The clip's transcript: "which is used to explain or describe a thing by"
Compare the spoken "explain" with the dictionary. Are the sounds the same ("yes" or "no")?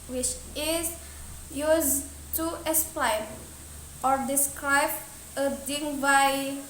no